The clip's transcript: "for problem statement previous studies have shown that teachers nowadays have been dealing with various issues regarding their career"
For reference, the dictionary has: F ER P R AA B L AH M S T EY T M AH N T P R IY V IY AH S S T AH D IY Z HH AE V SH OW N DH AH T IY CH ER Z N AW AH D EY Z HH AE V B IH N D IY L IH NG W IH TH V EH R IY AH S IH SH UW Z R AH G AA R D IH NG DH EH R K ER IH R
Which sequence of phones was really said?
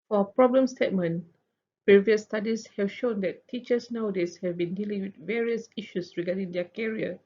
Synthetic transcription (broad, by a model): F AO P R AA B L AH M S T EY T M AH N P R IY V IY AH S S T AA D IY S HH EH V SH OW N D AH T IY CH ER S N AW D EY S HH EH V B IH N D IY L IH NG W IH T V EH R IY AH S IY SH UW S R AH G AA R D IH NG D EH K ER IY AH